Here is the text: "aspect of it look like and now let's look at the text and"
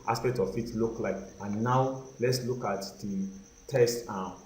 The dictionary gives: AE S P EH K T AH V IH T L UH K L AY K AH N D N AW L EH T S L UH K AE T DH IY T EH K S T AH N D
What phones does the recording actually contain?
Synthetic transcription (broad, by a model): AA S P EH K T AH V IH T L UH K L AY K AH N N AW L EH T S L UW K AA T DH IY T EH S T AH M